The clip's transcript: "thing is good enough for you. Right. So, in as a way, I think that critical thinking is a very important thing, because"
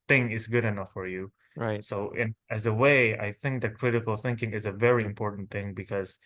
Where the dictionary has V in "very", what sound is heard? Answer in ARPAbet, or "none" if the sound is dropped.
V